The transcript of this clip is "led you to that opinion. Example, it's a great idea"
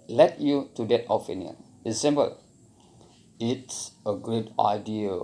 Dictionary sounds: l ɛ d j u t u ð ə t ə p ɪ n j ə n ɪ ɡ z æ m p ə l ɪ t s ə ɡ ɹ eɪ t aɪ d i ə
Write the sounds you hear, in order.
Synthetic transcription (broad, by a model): l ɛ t j u t u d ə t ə f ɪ n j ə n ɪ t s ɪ m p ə l ɪ t s ə ɡ ɹ eɪ t aɪ d i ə